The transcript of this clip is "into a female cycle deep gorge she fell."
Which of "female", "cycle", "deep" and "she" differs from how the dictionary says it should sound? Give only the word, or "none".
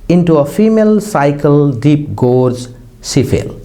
she